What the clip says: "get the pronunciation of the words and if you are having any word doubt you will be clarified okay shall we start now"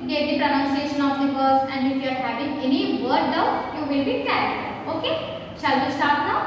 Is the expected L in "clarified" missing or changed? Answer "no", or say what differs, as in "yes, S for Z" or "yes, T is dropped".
yes, L is dropped